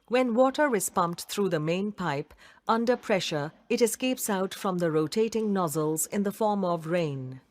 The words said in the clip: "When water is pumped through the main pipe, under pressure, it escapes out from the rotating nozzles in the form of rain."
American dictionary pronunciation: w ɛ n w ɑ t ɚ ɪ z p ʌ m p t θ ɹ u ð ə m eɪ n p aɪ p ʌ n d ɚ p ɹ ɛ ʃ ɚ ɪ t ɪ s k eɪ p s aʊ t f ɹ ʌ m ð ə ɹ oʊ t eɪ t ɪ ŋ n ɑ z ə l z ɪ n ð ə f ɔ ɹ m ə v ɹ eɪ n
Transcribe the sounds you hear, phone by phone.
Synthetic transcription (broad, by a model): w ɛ n w ɑ t ɚ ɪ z p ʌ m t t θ ɹ u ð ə m eɪ n p aɪ p ʌ n d ɚ p ɹ ɛ ʃ ɚ ɪ t ɪ s k eɪ p s aʊ t f ɹ ʌ m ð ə ɹ oʊ t eɪ t ɪ ŋ n ɑ z ə l z ɪ n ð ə f ɔ ɹ m ə v ɹ eɪ n